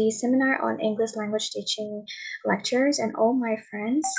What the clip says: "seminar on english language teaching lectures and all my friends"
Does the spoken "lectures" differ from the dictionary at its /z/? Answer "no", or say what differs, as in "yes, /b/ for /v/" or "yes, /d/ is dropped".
no